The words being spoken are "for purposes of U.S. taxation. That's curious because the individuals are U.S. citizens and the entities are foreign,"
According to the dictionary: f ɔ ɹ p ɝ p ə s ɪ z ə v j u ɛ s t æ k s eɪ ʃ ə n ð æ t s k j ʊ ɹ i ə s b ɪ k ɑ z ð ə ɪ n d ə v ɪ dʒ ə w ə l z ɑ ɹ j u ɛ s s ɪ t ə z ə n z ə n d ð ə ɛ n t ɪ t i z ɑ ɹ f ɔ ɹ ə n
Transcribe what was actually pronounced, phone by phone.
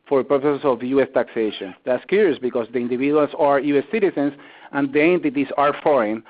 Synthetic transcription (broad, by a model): f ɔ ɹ p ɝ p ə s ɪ s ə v j u ɛ s t æ k s eɪ ʃ ə n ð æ t s k j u ɹ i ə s b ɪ k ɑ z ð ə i n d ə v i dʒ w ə l s ɑ ɹ j u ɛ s s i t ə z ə n s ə n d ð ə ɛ n t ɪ t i s ɑ ɹ f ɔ ɹ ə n